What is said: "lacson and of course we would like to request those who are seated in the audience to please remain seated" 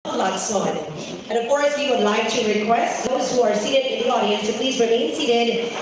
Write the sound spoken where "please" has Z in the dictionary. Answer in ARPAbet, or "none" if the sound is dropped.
Z